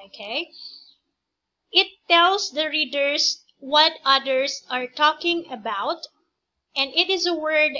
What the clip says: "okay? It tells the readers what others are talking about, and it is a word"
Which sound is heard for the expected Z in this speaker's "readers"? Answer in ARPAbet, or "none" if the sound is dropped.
S